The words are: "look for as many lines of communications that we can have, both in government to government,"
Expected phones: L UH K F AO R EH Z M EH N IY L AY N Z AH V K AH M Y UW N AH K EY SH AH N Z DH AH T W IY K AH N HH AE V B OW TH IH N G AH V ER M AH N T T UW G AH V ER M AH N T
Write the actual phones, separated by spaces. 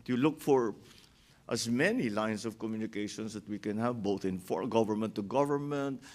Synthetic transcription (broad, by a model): L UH K F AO R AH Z M EH N IY L AY N S AH V K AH M Y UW N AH K EY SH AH N S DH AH T W IY K AH N HH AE V B OW TH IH N G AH V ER M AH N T T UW G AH V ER M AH N T